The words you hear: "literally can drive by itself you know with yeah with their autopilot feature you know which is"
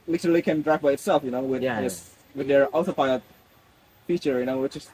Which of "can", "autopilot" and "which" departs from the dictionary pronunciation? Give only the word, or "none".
autopilot